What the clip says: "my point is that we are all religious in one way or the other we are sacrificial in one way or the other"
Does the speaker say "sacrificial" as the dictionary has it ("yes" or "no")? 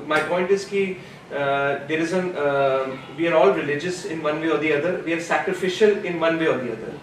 yes